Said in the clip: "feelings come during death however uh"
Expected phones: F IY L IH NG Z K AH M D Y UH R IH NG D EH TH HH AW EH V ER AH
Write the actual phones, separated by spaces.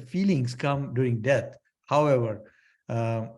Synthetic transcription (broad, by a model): F IY L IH NG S K AH M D Y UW R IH NG D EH T HH AW EH V ER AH